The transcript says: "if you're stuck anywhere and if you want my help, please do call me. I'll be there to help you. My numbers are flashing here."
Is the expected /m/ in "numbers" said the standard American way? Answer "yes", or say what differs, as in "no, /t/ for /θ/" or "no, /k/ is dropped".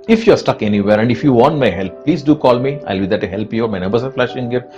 no, /m/ is dropped